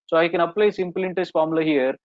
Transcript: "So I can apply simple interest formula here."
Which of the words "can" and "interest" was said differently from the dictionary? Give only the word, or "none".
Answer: interest